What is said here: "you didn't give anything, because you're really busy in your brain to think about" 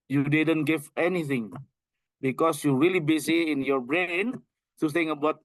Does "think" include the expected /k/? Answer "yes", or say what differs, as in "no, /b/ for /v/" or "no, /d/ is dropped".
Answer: no, /k/ is dropped